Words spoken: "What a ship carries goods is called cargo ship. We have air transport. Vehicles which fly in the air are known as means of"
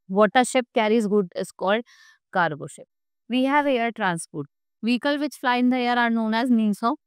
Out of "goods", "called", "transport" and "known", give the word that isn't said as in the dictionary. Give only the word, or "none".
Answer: goods